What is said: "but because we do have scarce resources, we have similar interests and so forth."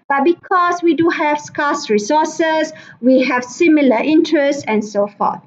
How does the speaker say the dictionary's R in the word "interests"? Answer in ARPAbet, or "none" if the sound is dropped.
R